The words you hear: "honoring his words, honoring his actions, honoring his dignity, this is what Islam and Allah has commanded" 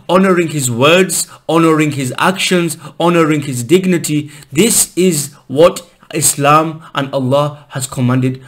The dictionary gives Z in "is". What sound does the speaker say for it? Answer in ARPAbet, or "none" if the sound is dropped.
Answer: Z